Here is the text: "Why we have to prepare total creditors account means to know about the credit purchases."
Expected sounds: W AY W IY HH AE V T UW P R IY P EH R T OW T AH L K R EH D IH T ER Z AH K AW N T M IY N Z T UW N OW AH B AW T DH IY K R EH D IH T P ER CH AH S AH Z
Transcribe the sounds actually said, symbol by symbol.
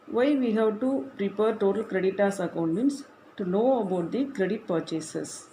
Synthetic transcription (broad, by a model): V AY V IY HH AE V T UW P R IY P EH R T OW T AH L K R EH D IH T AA S AH K AW N T M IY N S T UW N OW AH B AW T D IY K R EH D IH T P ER CH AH S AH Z